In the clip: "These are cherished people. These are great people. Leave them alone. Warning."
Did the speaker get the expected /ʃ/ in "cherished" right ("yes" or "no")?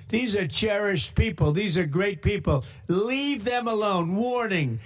yes